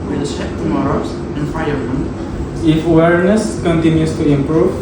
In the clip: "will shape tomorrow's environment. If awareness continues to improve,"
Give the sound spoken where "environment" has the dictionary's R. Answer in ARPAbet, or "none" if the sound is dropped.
none